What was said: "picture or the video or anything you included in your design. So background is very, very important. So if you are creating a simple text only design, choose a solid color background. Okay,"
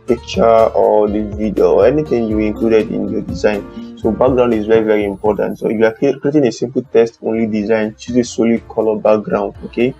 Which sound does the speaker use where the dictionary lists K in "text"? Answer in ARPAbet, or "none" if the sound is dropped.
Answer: none